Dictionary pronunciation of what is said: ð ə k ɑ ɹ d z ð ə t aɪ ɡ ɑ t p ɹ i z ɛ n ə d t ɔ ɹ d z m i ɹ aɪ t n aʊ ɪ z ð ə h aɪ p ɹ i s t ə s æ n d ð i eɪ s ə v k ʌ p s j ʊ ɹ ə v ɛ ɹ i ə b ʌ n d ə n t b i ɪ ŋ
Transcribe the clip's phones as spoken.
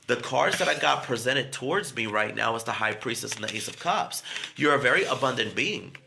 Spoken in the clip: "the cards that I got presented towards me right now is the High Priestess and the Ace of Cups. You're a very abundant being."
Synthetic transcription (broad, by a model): ð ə k ɑ ɹ z ð ə t aɪ ɡ ɑ t p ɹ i z ɛ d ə d t ɔ ɹ d z m i ɹ aɪ t n aʊ ɪ z ð ə h aɪ p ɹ i s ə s n ð i eɪ s ə v k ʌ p s j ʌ ɹ ə v ɛ ɹ i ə b ʌ n d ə n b i ɪ ŋ